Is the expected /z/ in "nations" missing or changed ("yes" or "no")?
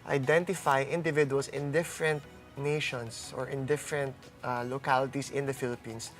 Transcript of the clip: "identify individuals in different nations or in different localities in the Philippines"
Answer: yes